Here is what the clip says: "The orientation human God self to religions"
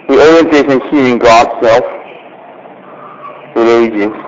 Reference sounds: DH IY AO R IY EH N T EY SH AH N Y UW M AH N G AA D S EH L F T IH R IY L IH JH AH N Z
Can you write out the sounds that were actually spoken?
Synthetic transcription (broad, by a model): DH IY AO R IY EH N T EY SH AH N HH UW AH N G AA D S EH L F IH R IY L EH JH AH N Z